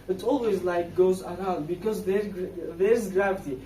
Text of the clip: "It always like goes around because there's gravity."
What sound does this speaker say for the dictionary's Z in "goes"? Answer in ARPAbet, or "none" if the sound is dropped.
Z